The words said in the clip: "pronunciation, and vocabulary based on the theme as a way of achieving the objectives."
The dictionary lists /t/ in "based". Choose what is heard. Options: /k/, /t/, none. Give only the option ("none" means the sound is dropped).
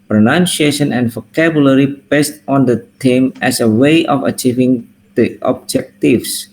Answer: /t/